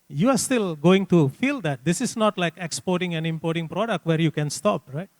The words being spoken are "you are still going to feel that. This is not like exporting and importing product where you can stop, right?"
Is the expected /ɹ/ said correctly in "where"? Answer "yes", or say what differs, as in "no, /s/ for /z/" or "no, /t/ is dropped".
yes